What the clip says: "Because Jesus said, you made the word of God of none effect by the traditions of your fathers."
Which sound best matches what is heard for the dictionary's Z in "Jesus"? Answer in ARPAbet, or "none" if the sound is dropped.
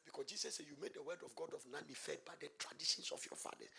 S